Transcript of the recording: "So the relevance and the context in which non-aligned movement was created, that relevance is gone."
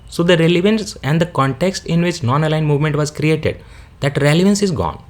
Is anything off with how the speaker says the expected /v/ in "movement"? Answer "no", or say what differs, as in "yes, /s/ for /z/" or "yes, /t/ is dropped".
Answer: no